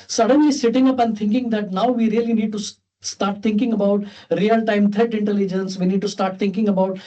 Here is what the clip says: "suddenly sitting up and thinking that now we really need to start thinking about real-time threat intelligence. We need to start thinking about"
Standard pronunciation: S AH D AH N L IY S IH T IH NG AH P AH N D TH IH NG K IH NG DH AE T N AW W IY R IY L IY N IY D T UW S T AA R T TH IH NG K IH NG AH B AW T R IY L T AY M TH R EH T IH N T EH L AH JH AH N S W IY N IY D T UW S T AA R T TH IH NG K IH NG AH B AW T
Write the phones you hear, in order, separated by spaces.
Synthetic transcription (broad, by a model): S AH D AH N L IY S IH T IH NG AH P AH N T IH NG K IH NG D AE T N AW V IY R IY L IY N IY D T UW S T AA R T T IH NG K IH NG AH B AW T R IY L T AY M T R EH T IH N T EH L AH JH AH N S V IY N IY D T UW S T AA R T T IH NG K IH NG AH B AW T